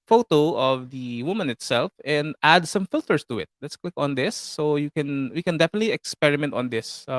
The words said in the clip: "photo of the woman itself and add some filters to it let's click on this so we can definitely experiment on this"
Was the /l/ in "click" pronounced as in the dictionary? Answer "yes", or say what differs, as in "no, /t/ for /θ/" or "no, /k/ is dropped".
no, /w/ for /l/